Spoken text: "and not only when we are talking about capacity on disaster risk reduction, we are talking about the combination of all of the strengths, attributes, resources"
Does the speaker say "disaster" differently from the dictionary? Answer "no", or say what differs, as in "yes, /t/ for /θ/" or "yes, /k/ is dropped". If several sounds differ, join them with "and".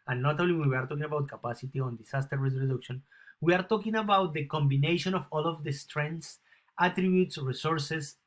yes, /s/ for /z/